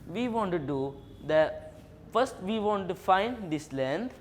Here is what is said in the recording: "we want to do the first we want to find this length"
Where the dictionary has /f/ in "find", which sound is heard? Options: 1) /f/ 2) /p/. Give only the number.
1